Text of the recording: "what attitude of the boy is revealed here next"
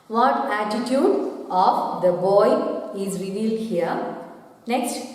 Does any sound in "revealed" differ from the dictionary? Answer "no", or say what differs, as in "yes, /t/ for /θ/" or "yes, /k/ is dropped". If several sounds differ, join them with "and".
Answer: no